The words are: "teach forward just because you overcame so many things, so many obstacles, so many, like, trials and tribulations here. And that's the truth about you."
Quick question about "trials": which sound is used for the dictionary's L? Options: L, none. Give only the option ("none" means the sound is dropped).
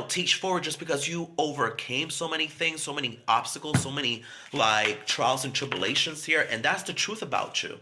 L